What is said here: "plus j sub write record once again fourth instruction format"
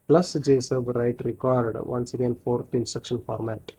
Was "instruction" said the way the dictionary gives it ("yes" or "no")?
no